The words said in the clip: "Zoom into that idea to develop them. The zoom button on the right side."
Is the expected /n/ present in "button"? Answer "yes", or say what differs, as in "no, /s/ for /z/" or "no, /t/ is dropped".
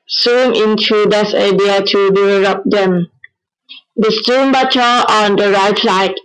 no, /n/ is dropped